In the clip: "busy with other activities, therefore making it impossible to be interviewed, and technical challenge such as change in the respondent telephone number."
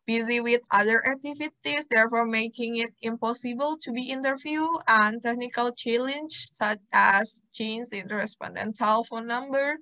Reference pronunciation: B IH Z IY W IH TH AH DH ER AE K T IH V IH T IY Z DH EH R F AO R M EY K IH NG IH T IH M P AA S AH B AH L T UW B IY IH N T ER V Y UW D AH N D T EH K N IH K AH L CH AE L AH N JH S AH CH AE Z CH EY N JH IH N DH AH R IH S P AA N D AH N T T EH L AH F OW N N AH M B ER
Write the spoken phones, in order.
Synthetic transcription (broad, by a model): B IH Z IY W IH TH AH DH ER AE K T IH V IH T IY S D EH R F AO R M EY K IH NG IH T IH M P AA S AH B AH L T UW B IY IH N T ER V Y UW AH N T EH K N IH K AH L CH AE L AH N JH S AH CH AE S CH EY N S IH N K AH R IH S P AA N D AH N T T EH L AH F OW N N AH M B ER